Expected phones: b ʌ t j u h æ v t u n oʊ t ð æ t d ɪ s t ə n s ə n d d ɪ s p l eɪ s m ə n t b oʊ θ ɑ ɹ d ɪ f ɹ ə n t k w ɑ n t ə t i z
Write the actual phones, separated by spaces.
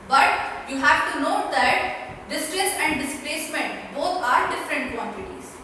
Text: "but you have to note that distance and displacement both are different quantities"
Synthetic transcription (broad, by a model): b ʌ t j u h æ v t u n oʊ t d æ t d ɪ s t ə s ə n d d ɪ s p l eɪ s m ə n t b oʊ t ɑ ɹ d ɪ f ɹ ə n t k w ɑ n t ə t i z